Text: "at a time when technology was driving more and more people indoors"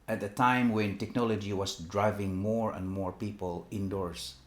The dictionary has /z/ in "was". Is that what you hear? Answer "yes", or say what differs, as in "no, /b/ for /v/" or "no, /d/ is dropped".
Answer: no, /s/ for /z/